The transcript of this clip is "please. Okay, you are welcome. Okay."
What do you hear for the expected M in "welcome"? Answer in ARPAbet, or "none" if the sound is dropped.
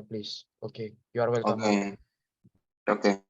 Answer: none